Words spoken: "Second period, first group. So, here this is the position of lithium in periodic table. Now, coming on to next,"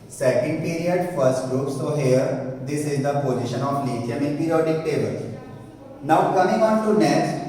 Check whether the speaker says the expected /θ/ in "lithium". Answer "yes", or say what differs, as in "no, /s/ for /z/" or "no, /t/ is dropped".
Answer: no, /t/ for /θ/